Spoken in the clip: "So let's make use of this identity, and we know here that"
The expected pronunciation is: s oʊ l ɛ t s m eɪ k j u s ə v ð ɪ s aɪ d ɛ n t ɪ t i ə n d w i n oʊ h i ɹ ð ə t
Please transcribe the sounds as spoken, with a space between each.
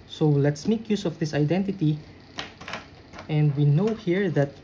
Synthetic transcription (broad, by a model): s oʊ l ɛ t s m eɪ k j u s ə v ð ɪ s aɪ d ɛ n t ɪ t i ə n d w i n oʊ h i ɹ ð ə t